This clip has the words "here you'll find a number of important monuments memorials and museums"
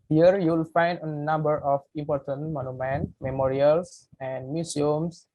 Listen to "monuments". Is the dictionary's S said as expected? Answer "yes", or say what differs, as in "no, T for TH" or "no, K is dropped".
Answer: no, S is dropped